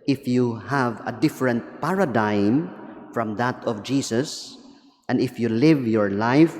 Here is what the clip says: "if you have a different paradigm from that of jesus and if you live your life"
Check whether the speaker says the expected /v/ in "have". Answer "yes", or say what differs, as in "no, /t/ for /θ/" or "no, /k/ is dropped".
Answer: yes